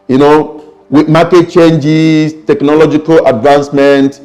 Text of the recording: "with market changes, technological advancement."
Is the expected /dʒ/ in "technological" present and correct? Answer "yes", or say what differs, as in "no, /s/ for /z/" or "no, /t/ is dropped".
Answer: yes